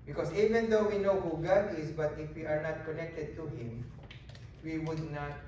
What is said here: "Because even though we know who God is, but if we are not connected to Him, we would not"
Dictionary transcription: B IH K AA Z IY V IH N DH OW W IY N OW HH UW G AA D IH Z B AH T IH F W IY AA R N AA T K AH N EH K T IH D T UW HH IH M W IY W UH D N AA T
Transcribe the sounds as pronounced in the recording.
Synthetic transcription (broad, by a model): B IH K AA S IY V IH N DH OW W IY N OW HH UW G AA D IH S B AH T IH F W IY AA R N AA T K AH N EH K T IH D T UW HH IH M W IY W UH D N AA T